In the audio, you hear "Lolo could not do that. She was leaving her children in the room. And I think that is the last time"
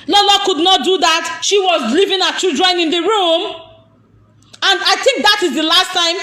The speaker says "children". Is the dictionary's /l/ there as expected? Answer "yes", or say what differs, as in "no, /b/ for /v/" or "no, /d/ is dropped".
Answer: no, /l/ is dropped